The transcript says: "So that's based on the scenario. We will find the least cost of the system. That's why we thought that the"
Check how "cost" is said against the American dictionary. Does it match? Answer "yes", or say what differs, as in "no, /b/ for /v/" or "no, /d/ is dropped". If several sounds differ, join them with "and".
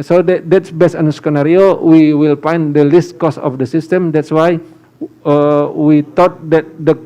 no, /t/ is dropped